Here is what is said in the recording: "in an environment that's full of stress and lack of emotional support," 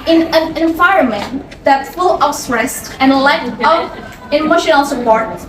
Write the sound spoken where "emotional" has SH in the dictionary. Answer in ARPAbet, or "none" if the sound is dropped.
SH